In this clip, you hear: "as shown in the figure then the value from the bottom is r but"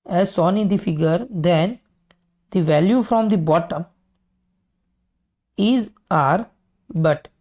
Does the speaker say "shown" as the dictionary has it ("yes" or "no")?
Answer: no